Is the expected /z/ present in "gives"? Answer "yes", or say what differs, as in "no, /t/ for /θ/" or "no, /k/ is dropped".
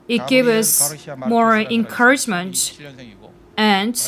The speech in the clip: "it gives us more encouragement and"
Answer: no, /z/ is dropped